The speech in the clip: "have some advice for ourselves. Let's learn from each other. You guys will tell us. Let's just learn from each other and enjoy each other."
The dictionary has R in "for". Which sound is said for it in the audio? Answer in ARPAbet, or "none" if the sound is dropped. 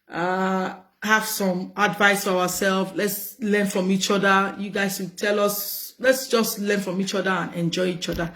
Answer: W